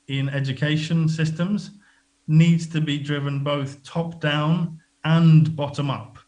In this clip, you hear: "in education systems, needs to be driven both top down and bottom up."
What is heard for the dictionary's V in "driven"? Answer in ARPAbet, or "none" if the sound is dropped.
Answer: V